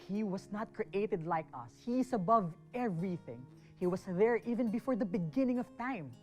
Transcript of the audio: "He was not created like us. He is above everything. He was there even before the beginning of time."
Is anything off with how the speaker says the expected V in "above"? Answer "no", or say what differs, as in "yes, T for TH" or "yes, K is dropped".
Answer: no